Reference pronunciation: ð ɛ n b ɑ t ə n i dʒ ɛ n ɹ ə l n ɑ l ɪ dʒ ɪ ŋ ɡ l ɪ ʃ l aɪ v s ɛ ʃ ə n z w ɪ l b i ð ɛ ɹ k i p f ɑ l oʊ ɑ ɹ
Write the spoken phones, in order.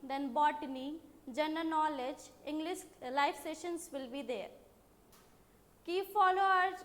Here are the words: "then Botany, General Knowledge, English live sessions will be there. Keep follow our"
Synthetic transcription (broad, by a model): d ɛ n b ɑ t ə n i dʒ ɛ n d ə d n ɑ l ɪ dʒ ɪ ŋ ɡ l ɪ ʃ l aɪ f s ɛ ʃ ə n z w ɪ l b i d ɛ ɹ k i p f ɑ l oʊ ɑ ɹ